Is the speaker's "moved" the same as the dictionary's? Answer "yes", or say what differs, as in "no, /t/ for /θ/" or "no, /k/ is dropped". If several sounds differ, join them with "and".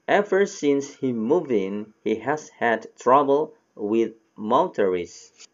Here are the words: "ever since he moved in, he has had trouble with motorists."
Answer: no, /d/ is dropped